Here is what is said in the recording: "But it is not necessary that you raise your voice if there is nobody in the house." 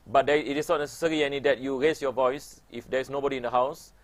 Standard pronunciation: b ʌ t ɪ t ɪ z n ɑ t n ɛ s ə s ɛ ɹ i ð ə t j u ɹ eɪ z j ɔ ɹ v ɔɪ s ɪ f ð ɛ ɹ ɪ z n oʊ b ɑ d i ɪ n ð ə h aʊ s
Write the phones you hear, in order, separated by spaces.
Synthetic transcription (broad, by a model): b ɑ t ɪ t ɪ s n ɑ t n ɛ s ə s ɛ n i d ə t j u ɹ eɪ s j ɔ v ɔɪ s ɪ f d ɛ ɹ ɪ s n oʊ b ɑ d i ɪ n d ə h aʊ s